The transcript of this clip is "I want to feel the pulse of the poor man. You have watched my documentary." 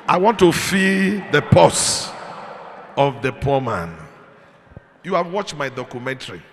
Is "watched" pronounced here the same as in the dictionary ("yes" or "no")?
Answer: yes